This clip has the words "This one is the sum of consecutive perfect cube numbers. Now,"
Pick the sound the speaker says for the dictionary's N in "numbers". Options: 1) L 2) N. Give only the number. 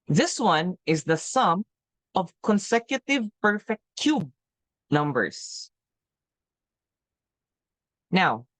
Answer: 2